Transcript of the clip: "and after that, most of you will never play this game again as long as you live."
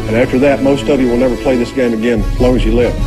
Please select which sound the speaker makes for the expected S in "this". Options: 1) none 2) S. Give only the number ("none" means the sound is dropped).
2